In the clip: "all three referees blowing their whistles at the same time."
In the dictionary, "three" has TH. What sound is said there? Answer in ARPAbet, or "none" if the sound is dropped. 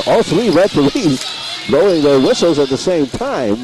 TH